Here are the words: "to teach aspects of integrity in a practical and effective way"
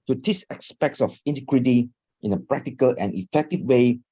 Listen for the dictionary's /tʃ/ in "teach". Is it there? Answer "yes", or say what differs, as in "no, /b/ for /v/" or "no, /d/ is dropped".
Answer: no, /s/ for /tʃ/